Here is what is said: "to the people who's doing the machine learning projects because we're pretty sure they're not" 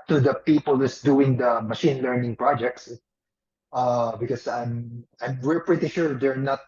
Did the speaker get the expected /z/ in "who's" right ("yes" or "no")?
no